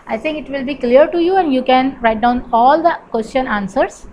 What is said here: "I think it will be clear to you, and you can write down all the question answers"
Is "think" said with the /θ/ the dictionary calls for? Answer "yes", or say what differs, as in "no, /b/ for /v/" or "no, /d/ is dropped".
no, /t/ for /θ/